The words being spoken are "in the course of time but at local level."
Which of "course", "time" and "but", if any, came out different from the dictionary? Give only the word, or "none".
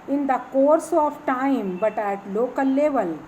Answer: none